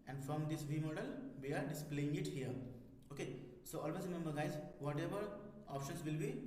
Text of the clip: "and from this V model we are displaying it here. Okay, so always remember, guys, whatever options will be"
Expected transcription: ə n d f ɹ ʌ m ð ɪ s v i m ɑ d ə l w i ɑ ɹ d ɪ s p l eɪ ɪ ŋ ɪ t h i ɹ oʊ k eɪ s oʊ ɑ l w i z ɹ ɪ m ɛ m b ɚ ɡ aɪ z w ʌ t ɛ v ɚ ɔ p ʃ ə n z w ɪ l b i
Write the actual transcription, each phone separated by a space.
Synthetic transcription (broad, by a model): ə n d f ɹ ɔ m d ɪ s v i m ɑ d ə l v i ɑ ɹ d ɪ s p l eɪ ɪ ŋ ɪ t h i ɹ oʊ k eɪ s oʊ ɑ l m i s ɹ ɪ m ɛ m b ɚ ɡ aɪ z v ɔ t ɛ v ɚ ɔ p ʃ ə n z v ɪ l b i